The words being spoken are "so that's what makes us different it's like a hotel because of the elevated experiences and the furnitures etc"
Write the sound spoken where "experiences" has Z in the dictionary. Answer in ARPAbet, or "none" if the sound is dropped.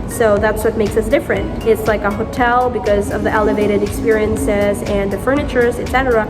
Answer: Z